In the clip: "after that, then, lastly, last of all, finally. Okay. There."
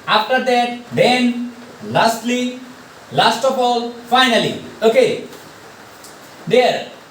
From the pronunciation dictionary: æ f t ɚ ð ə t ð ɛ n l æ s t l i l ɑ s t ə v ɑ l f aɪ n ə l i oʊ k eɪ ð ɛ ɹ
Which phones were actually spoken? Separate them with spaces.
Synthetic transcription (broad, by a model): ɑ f t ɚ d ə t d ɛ n l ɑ s t l i l ɑ s t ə p ɑ l f aɪ n ə l i oʊ k eɪ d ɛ ɹ